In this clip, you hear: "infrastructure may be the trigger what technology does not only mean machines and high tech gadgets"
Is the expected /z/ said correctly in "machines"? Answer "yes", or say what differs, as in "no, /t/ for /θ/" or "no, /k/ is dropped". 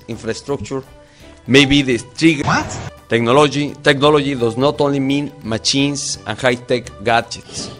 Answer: no, /s/ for /z/